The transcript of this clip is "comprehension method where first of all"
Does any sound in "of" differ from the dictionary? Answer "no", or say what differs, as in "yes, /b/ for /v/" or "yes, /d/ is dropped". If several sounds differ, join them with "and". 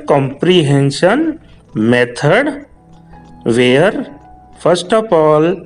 yes, /p/ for /v/